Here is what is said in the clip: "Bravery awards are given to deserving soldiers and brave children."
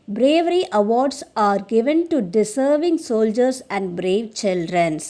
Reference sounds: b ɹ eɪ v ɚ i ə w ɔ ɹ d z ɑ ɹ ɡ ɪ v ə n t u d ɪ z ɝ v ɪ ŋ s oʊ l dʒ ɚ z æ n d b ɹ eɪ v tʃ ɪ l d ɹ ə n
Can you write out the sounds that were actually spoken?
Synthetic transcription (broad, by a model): b ɹ eɪ v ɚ i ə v ɔ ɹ d s ɑ ɹ ɡ ɪ v ə n t u d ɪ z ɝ v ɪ ŋ s oʊ l dʒ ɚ s æ n d b ɹ eɪ v tʃ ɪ l d ɹ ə n